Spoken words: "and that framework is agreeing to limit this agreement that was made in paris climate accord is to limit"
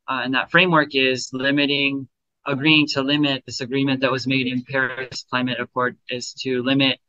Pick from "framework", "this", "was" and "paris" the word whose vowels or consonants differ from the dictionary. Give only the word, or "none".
none